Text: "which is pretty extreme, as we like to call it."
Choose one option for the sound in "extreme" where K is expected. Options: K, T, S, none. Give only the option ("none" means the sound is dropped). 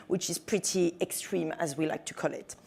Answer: K